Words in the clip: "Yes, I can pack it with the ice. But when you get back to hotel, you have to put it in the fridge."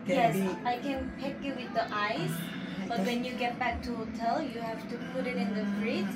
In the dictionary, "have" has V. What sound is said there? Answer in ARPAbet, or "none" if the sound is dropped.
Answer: F